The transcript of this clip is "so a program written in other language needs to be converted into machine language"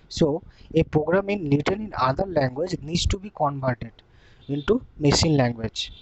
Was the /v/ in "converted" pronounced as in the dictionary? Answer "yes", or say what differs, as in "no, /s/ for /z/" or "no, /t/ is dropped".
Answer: no, /b/ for /v/